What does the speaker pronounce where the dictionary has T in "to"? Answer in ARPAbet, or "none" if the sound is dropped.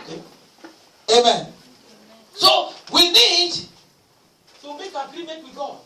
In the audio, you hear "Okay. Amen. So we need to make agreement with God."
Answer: S